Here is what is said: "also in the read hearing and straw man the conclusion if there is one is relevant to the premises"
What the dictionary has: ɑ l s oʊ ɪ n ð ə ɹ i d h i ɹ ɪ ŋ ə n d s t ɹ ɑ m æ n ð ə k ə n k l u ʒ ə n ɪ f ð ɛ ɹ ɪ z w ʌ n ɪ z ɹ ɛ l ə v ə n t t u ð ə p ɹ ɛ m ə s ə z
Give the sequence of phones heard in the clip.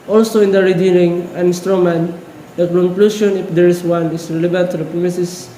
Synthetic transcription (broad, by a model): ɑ l s oʊ ɪ n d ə ɹ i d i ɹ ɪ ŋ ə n s t ɹ ɑ m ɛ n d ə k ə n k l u ʃ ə n ɪ f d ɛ ɹ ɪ s w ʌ n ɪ s ɹ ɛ l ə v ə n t t u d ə p ɹ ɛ m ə s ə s